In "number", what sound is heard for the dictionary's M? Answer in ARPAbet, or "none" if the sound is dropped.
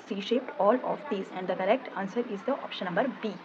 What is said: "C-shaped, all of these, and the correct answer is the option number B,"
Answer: M